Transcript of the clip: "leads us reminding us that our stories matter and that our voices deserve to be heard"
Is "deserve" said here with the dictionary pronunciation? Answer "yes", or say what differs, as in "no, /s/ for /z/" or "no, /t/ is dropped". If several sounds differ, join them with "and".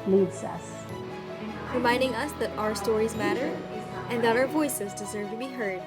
yes